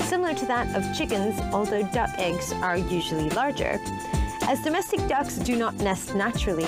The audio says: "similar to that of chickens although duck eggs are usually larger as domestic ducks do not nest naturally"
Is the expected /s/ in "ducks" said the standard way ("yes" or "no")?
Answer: yes